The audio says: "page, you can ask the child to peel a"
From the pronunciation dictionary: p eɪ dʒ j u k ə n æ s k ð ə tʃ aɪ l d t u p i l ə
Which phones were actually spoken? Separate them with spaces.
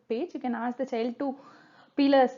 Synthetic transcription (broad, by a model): p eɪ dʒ j u k ə n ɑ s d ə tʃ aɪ l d t u p i l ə